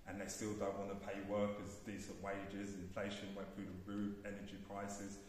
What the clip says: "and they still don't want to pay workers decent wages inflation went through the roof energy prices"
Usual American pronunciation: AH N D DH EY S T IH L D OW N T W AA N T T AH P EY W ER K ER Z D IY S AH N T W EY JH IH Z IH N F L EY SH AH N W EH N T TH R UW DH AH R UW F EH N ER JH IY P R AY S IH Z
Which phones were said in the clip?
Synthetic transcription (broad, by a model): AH N DH EY S T IH L D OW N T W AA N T T AH P EY W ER K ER Z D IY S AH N T W EY JH IH Z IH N F L EY SH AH N W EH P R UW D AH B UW EH N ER JH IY P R AY S IH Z